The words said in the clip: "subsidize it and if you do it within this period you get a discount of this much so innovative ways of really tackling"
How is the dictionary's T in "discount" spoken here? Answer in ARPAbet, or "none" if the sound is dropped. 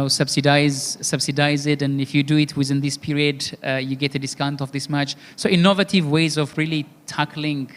T